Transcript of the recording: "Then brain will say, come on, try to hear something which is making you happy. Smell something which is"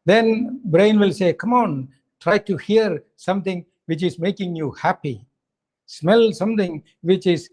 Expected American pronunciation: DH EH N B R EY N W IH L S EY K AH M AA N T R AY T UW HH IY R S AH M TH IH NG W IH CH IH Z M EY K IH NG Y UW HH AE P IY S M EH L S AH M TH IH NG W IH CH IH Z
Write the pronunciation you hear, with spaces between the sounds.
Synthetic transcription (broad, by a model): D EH N B R EY N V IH L S EY K AH M AA N T R AY T UW HH IY R S AH M T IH NG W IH CH IH Z M EY K IH NG Y UW HH AE P IY S M EH L S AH M T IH NG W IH CH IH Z